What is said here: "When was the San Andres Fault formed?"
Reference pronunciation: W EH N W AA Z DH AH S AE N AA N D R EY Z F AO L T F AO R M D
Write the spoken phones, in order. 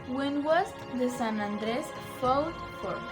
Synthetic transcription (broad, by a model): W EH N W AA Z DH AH S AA N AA N D R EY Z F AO W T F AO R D